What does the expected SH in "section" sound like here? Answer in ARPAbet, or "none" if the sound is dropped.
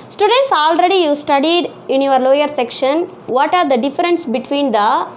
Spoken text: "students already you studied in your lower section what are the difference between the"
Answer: SH